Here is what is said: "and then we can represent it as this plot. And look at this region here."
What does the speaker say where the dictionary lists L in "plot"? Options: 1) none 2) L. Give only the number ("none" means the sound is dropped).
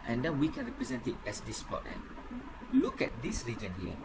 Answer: 1